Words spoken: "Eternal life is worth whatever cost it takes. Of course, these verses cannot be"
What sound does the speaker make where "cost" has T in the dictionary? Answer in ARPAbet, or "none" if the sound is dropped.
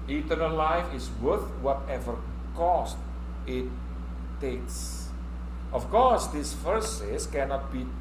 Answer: T